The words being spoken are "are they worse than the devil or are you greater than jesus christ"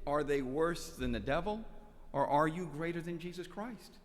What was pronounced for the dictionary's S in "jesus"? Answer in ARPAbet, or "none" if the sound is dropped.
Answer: S